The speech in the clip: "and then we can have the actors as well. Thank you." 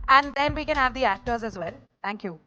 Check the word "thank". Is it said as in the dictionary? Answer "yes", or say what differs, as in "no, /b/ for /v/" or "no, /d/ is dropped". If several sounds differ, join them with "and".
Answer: no, /t/ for /θ/